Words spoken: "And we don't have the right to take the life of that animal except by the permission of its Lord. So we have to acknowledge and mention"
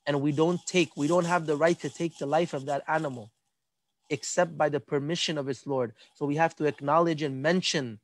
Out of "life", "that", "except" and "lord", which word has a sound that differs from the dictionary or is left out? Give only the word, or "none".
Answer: none